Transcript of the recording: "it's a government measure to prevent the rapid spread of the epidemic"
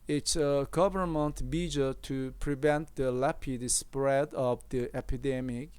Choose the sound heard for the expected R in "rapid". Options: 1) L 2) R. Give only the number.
1